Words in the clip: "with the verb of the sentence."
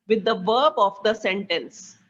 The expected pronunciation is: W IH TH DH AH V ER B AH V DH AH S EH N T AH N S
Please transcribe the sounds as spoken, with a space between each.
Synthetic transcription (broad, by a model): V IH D AH V ER B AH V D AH S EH N T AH N S